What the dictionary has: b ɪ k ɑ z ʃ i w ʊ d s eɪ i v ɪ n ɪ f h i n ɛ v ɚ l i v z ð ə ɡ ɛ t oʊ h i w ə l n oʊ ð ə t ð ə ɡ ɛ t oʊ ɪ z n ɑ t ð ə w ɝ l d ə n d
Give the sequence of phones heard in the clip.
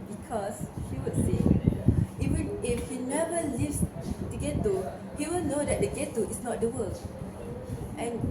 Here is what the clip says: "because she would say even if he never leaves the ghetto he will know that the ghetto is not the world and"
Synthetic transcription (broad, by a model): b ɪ k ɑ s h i w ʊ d s eɪ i w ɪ ɪ f h i n ɛ v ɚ l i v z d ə ɡ ɛ t oʊ h i w ə l n oʊ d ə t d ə ɡ ɛ t oʊ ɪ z n ɑ t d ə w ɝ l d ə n